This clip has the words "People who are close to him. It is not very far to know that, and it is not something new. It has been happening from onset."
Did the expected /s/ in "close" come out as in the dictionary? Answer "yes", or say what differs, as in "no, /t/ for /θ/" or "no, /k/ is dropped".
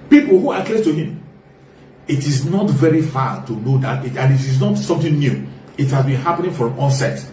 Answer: no, /s/ is dropped